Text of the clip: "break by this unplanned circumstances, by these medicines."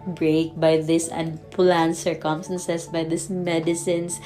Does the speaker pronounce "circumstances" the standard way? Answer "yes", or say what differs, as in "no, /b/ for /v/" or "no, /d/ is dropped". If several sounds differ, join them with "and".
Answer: no, /s/ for /z/